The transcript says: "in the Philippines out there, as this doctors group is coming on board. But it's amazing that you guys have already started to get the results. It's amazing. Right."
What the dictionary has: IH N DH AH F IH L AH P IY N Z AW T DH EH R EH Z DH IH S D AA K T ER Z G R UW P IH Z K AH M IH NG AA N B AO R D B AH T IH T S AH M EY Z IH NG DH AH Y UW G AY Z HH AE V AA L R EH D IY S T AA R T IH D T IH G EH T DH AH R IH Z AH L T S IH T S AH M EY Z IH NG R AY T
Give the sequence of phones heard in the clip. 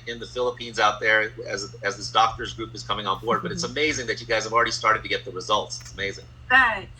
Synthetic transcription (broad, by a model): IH N DH AH F IH L AH P IY N Z AW T DH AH R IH Z DH IH S D AA K T ER Z G R UW P IH Z K AH M IH NG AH N B AO R D B AH T IH T S AH M EY Z IH NG DH AH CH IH G AY Z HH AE V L R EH D IY S T AA R T IH D T IH G EH T DH AH R IH Z AH L T S IH T S AH M EY Z IH NG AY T